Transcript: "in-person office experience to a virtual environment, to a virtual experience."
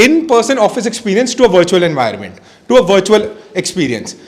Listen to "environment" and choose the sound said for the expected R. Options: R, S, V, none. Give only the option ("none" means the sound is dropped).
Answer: none